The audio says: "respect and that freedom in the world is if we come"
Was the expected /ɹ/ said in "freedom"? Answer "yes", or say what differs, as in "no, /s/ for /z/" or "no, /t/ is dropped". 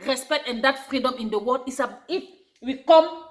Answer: yes